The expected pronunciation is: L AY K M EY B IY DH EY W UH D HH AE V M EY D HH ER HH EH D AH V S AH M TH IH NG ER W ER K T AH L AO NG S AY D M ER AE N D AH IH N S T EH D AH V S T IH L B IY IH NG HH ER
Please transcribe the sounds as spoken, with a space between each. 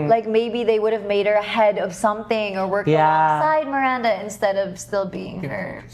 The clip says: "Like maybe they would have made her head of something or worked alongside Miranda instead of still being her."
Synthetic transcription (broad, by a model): L AY K M EY B IY DH EY W UH D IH V M EY D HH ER HH EH D AH V S AH M TH IH NG ER W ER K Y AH S AY D M ER AE N D AH IH N S T EH D AH V S T IH L B IY IH NG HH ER